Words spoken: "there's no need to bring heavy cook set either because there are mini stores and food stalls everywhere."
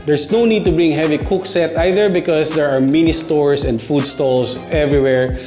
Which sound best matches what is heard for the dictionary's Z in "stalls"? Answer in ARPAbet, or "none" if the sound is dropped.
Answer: S